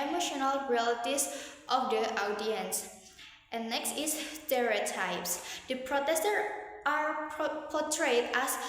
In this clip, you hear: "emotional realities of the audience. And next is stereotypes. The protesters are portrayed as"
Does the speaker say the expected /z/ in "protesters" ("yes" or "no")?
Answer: no